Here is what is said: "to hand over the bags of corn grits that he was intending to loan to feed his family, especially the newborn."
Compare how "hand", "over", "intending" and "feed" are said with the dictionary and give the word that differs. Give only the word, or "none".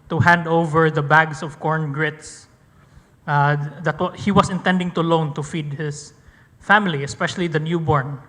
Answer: none